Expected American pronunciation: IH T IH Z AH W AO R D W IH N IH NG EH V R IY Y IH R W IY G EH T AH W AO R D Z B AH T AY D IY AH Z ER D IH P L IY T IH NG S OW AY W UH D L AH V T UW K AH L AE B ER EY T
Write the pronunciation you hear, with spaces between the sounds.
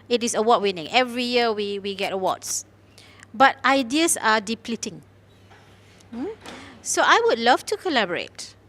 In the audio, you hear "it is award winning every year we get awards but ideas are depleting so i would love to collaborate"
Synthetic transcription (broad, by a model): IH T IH S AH W AO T W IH N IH NG EH V R IY Y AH W W IY G EH T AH W AO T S B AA T AY D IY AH S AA D IH P L IY T IH NG S OW AY W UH D L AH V T UW K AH L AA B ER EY T